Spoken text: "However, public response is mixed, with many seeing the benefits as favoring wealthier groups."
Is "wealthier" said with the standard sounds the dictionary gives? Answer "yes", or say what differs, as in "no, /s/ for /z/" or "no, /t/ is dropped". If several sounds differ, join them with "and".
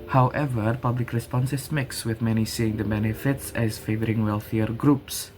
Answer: yes